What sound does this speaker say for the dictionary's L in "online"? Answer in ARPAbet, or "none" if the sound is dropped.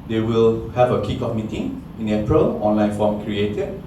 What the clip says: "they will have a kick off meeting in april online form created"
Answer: L